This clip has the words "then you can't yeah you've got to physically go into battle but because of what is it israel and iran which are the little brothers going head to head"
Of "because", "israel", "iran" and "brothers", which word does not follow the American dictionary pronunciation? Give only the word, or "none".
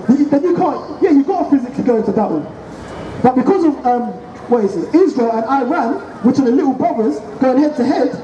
brothers